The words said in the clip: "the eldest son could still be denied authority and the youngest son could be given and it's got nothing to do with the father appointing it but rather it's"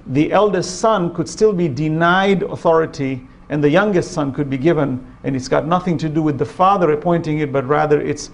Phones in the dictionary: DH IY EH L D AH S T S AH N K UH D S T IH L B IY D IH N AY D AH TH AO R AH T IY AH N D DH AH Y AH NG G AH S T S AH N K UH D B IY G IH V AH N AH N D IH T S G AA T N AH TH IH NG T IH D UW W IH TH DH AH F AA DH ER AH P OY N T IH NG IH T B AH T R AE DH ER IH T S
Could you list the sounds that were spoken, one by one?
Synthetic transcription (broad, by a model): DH IY EH L D AH S T S AH N K UH D S T IH L B IY D IH N AY D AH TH AO R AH T IY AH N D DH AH Y AH NG G AH S T S AH N K UH D B IY G IH V AH N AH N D IH T S G AA T N AH TH IH NG T IH D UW W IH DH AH F AA DH ER AH P OY N T IH NG IH T B AH T R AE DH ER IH T S